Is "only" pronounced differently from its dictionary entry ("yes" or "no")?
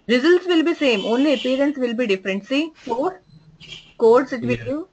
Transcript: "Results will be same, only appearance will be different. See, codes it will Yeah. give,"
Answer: no